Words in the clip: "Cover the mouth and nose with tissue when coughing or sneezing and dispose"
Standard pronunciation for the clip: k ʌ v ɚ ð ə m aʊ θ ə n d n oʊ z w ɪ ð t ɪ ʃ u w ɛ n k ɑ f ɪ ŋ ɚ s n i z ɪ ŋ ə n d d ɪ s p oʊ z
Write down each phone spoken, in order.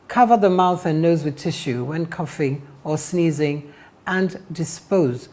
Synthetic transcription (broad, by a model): k ʌ v ɚ ð ə m aʊ θ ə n n oʊ z w ɪ ð t ɪ ʃ u w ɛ n k ɑ f ɪ ŋ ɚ s n i z ɪ ŋ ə n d d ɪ s p oʊ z